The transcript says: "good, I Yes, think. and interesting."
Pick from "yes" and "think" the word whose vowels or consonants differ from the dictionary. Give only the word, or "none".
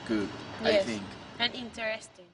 yes